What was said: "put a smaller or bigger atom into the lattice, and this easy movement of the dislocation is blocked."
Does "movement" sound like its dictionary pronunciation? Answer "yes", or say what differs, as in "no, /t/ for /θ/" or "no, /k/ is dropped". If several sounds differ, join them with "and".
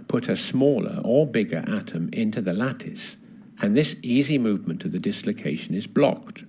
yes